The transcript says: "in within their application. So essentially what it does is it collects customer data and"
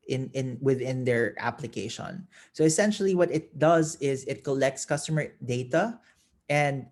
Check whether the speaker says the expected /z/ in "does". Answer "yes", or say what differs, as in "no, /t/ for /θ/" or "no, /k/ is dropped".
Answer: yes